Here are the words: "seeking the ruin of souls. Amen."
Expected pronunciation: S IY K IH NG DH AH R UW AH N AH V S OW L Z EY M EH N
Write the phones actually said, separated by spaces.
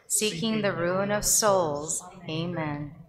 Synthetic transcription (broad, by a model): S IY K IH NG DH AH R UW AH N AH V S OW L Z EY M EH N